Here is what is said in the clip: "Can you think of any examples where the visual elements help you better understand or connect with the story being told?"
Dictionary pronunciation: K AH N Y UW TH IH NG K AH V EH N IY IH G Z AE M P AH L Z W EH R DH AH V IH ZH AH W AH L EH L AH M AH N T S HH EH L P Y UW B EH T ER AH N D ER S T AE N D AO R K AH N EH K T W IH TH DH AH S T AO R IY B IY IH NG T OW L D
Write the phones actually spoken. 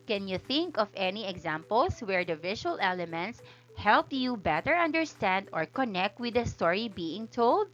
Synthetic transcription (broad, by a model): K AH N Y UW TH IH NG K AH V EH N IY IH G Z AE M P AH L S W EH R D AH V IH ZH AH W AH L EH L AH M AH N T S HH EH L P Y UW B EH T ER AH N D ER S T AE N D AO R K AH N EH K T W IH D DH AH S T AO R IY B IY IH NG T OW L D